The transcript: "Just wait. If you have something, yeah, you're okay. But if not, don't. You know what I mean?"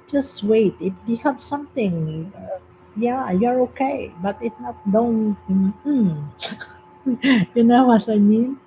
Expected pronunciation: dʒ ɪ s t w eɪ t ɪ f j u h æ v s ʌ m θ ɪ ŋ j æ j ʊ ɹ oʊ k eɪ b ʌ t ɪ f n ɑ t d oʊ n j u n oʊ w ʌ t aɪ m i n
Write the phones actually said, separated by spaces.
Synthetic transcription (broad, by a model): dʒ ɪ s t w eɪ t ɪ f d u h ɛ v s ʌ m t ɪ ŋ j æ j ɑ ɹ oʊ k eɪ b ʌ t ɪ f n ɑ t d oʊ n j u n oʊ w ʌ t aɪ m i n